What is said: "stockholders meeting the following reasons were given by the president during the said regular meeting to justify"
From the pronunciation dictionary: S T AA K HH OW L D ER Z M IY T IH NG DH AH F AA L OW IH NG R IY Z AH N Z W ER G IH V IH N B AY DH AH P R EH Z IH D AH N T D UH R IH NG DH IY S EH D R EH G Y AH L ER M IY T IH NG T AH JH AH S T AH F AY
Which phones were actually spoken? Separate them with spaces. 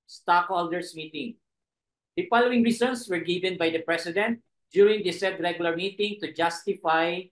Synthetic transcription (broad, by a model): S T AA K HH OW L D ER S M IY T IH NG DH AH F AA L OW IH NG R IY S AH N S W ER G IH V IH N B AY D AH P R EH S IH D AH N T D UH R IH NG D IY S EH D R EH G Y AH L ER M IY T IH NG T AH JH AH S T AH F AY